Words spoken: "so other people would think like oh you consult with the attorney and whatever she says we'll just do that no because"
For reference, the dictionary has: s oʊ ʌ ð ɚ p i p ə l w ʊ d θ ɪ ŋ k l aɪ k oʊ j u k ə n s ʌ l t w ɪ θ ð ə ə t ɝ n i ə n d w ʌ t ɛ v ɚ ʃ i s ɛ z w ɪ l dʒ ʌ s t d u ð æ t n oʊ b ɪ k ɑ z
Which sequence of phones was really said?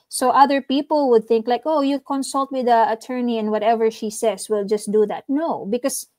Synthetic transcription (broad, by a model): s oʊ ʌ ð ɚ p i p ə l w ʊ d θ ɪ ŋ k l aɪ k oʊ j u k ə n s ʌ l t w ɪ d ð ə ə t ɝ n i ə n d w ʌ t ɛ v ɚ ʃ i s ɛ s w ɪ l dʒ ʌ s t d u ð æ t n oʊ b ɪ k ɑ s